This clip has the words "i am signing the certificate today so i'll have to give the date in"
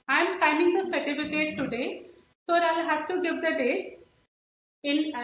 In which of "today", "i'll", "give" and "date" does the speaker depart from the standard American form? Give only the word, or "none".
date